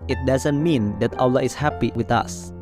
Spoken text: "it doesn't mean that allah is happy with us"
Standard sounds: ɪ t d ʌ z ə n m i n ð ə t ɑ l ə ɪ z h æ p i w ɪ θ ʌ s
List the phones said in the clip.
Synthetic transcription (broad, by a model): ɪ t d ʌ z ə n m i n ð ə t ɑ l ə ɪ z h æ p i w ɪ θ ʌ s